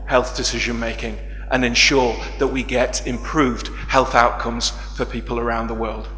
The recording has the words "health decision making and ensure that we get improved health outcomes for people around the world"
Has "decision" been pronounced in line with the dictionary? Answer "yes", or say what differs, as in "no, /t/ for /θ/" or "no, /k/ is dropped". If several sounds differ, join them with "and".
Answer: yes